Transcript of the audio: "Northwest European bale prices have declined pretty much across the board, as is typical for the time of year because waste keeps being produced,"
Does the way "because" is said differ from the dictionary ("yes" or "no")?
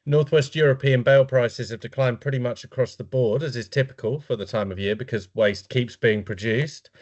no